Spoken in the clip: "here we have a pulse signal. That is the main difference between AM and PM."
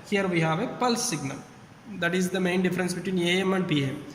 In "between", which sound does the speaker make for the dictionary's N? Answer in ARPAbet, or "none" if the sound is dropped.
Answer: N